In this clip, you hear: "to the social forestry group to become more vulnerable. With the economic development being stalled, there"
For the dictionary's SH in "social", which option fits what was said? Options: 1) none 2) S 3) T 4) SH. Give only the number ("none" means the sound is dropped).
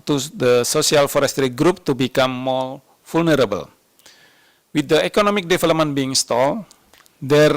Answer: 2